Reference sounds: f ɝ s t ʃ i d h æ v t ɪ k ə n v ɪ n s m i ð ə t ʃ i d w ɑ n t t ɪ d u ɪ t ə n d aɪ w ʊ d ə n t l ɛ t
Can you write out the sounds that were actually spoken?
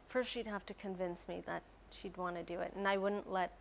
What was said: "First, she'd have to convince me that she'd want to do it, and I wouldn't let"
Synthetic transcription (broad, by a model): f ɝ s t ʃ i d h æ f t ɪ k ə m v ɪ n s m i ð ə t ʃ i d w ɑ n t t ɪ d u ɪ t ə n aɪ w ʊ d n t l ɛ t